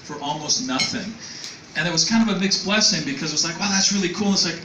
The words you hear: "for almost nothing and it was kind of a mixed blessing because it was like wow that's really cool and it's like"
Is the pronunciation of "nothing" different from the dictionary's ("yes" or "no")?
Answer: no